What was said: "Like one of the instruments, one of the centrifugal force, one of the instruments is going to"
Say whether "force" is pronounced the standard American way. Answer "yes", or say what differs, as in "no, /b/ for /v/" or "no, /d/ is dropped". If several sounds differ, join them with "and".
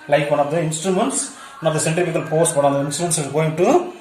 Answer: no, /p/ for /f/